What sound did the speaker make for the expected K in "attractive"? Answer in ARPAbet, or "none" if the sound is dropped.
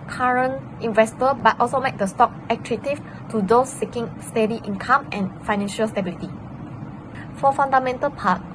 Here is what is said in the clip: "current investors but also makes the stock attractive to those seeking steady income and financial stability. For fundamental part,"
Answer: none